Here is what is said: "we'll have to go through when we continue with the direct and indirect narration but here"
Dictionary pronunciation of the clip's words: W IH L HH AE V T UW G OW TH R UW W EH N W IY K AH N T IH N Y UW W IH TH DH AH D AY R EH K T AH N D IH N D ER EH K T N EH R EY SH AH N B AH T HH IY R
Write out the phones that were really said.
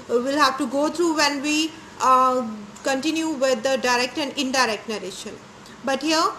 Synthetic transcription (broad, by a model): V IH L HH AE V T UW G OW T R UW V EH N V IY K AH N T IH N Y UW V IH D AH D AY R EH K T AH N D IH N D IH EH K T N EH R EY SH AH N B AH T HH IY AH